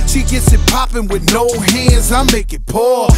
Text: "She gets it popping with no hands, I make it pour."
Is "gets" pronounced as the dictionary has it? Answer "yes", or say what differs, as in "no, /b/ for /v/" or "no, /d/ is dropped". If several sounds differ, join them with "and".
yes